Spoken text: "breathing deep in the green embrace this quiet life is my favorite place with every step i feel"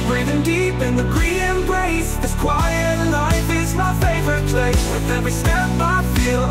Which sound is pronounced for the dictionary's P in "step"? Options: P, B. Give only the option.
B